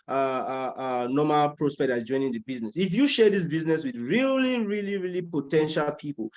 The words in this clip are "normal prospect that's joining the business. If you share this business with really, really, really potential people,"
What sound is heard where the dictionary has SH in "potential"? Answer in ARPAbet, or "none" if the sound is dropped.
SH